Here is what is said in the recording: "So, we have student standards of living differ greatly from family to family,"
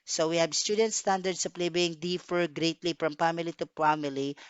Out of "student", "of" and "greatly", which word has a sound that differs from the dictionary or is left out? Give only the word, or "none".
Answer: of